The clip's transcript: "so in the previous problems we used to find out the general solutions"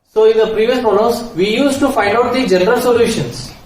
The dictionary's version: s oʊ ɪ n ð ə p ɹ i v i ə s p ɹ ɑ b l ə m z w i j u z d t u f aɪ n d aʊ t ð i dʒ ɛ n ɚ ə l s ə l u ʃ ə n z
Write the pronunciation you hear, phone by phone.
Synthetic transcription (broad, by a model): s oʊ ɪ n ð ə p ɹ i v i ə s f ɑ l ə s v i j u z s t u f aɪ n d aʊ t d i dʒ ɛ n ɚ ə l s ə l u ʃ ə n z